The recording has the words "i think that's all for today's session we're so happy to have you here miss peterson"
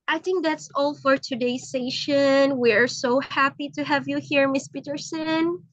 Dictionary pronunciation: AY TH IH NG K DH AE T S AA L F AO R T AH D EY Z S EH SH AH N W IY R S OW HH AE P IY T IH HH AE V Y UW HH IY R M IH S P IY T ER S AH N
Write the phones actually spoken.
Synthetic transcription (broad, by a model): AY TH IH NG K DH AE T S AA L F AO R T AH D EY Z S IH SH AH N W IY R S OW HH AE P IY T IH HH AE V Y UW HH IY R M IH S P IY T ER S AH N